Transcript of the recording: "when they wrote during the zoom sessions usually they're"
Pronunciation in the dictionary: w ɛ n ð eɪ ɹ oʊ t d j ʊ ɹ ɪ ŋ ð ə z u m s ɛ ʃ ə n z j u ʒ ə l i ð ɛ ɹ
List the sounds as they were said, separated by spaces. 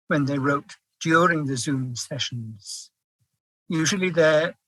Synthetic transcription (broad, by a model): w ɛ n ð eɪ ɹ oʊ t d j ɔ ɹ ɪ ŋ ð ə z u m s ɛ ʃ ə n z j u ʒ ə l i ð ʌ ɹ